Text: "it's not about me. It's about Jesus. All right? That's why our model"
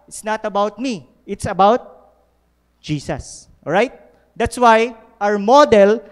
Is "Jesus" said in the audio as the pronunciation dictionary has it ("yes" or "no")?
no